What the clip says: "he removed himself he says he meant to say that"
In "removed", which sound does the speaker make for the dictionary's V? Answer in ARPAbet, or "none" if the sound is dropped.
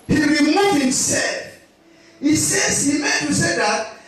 none